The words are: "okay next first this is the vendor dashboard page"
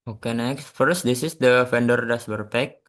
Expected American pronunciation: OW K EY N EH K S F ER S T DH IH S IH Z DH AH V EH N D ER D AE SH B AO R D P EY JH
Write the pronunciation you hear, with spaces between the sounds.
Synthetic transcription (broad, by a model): OW K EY N EH K S F ER S T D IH S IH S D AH F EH N D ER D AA S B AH R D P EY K